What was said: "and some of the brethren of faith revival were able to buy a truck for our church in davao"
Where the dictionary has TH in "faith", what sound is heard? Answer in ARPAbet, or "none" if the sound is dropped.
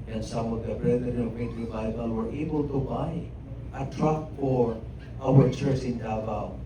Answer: T